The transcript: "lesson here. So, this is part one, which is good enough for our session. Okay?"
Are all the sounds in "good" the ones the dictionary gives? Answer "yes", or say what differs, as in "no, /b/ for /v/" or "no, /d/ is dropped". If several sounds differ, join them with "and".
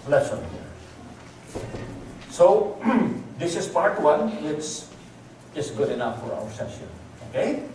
yes